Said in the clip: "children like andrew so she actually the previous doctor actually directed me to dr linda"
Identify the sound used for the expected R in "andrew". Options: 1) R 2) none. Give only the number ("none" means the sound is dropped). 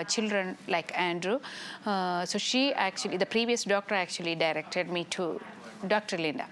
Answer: 1